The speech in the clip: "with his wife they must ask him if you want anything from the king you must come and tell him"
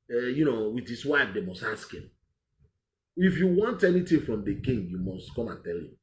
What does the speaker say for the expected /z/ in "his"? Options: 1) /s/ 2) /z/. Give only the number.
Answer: 1